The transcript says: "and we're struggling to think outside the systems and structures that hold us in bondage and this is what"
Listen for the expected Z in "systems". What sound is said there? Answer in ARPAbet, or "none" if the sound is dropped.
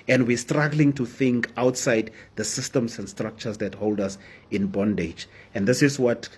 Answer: S